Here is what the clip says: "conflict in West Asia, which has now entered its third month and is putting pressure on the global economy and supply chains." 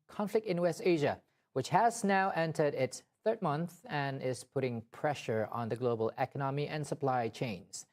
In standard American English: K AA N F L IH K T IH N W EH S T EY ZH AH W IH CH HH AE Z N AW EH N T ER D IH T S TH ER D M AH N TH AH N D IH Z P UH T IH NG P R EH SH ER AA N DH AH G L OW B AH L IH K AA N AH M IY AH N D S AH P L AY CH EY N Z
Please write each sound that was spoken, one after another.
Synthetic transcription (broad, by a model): K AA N F L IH K T IH N W EH S T EY ZH AH W IH CH HH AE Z N AW EH N T ER D IH T S TH ER D M AH N TH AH N IH Z P UH T IH NG P R EH SH ER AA N DH AH G L OW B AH L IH K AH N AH M IY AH N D S AH P L AY CH EY N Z